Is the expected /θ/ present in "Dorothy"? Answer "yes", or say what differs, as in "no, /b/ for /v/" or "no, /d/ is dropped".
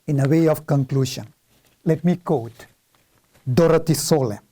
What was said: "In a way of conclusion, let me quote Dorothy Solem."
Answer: no, /t/ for /θ/